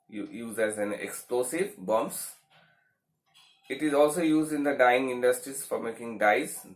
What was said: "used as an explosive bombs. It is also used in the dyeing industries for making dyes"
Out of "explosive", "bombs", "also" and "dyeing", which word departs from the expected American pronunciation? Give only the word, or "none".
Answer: bombs